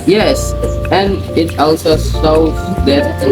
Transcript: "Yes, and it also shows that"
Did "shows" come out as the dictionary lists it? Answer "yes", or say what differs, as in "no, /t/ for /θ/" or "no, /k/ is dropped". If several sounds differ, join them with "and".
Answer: no, /s/ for /ʃ/